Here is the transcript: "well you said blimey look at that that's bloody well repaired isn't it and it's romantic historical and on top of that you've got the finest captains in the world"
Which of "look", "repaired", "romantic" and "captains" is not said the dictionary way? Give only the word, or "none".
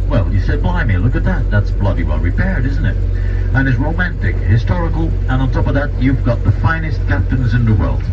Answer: none